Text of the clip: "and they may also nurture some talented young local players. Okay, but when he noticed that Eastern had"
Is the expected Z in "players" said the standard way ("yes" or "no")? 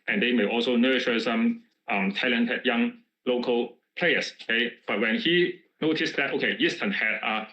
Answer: no